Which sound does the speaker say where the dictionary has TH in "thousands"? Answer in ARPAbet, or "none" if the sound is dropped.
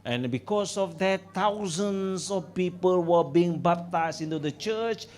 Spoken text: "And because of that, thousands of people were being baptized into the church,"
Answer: T